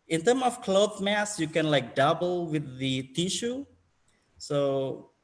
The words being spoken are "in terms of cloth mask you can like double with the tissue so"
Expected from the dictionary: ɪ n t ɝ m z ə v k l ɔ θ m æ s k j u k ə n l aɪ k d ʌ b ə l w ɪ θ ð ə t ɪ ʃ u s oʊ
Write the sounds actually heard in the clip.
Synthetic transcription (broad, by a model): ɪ n t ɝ m ə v k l ɔ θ m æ s j u k ə n l aɪ k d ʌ b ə l w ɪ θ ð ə t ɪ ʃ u s oʊ